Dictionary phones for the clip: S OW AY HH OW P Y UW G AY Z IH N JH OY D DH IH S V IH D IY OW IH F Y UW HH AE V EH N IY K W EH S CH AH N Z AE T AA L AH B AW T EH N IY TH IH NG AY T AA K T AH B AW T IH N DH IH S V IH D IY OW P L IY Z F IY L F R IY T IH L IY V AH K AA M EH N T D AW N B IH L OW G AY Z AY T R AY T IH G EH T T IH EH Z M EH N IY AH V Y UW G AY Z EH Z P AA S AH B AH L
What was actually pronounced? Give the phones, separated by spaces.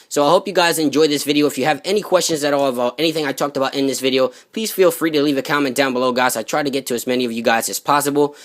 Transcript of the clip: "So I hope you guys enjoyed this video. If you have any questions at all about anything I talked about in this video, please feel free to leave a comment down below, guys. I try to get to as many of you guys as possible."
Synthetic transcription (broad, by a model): S OW AY HH OW P Y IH G AY Z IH N JH OY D DH IH S V IH D IY OW IH F Y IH V EH N IY K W EH S CH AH N Z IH T AA L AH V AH T EH N IY TH IH NG AY T AA K T AH B AW T IH N DH IH S V IH D IY OW P L IY Z F IY L F R IY T IH L IY V AH K AA M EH N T D AW N B IH L OW G AY Z AY T R AY T IH G EH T T IH Z M EH N IY AH V Y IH G AY Z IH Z P AA S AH B L